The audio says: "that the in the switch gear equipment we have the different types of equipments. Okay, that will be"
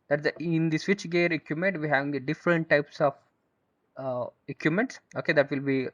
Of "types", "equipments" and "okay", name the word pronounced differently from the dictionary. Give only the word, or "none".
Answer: equipments